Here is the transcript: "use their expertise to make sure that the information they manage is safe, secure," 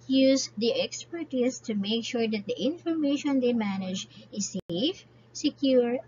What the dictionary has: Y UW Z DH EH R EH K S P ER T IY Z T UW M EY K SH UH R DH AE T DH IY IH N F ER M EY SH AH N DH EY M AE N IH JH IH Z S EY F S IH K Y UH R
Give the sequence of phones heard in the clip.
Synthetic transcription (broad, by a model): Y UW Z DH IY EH K S P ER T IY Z T UW M EY K SH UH R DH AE T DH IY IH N F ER M EY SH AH N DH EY M AE N IH JH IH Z S EY F S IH K Y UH R